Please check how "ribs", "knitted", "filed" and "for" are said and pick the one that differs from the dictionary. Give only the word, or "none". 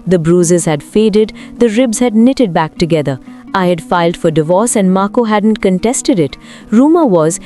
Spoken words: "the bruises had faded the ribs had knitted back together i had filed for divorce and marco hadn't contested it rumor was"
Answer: none